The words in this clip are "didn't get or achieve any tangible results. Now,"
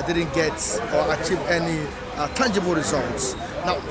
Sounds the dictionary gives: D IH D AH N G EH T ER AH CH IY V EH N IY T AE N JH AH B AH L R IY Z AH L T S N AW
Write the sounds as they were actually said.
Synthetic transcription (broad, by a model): D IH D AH N G EH T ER AH CH IY V EH N IY T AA N JH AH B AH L R IY Z AH L T S N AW